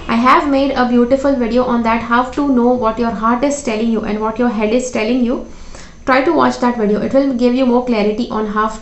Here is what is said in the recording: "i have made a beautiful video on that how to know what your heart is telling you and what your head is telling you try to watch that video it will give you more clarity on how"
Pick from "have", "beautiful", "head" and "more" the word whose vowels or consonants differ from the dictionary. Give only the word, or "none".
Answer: none